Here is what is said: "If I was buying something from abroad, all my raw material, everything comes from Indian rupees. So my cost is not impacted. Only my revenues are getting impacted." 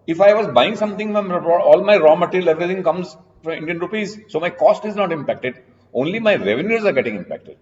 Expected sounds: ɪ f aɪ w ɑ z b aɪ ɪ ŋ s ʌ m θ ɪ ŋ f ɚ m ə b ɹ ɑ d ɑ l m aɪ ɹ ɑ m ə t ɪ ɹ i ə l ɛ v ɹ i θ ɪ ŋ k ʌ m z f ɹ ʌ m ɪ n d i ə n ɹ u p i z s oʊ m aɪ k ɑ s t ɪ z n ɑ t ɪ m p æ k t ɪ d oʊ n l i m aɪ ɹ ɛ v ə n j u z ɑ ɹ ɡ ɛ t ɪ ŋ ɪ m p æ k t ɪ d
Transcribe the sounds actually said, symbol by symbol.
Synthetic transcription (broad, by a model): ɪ f aɪ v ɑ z b aɪ ɪ ŋ s ʌ m t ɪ ŋ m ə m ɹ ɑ ɑ l m aɪ ɹ ɑ m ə t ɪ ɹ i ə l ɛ v ɹ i t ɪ ŋ k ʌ m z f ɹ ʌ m ɪ n d i ə n ɹ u p i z s oʊ m aɪ k ɑ s t ɪ z n ɑ t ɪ m p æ k t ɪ d oʊ n l i m aɪ ɹ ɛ v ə n j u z ɑ ɹ ɡ ɛ t ɪ ŋ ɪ m p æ k t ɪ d